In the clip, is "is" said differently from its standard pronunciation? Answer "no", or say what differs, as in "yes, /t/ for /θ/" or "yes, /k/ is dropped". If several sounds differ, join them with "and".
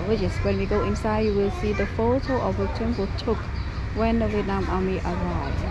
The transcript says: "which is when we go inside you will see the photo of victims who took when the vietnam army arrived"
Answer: yes, /s/ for /z/